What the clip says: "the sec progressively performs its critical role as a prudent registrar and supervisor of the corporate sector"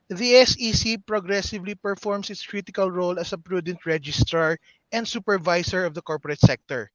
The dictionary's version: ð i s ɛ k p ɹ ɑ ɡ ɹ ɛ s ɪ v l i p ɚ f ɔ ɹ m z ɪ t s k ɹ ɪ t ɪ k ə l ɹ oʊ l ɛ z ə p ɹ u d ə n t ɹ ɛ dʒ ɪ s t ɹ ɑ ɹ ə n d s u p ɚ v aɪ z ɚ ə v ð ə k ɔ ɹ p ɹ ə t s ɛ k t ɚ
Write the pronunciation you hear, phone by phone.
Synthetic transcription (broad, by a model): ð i s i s p ɹ ɑ ɡ ɹ ɛ s ɪ v l i p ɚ f ɔ ɹ m s ɪ t s k ɹ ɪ t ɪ k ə l ɹ oʊ l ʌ s ə p ɹ u d ə n t ɹ ɛ dʒ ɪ s t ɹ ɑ ɹ ə n d s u p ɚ v aɪ s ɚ ə v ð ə k ɔ ɹ p ɹ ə t s ɛ k t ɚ